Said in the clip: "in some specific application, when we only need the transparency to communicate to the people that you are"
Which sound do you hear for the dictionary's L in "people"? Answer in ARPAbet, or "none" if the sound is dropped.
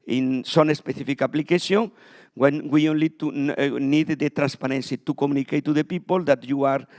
L